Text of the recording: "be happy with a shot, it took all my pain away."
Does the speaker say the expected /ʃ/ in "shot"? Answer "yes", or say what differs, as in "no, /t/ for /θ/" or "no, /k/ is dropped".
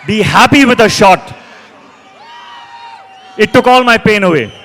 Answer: yes